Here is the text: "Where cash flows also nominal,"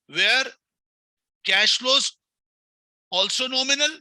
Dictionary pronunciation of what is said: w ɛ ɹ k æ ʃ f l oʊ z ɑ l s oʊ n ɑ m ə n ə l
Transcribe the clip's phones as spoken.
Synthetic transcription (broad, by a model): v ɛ ɹ k æ ʃ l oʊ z ɑ l s oʊ n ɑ m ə n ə l